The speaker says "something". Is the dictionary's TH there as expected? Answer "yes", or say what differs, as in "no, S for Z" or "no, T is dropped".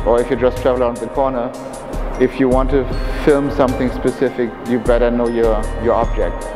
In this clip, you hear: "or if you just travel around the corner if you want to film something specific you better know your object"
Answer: yes